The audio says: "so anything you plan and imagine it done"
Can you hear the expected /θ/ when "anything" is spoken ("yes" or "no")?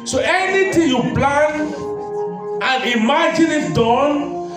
no